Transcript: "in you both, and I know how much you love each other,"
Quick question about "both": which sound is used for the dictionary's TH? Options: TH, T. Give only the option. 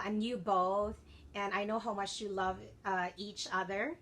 TH